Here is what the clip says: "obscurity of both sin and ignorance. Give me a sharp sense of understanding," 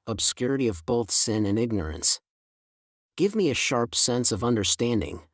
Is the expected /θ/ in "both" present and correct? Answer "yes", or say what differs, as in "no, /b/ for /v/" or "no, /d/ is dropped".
yes